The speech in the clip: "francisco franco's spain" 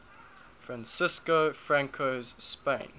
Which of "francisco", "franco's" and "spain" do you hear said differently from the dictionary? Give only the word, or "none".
none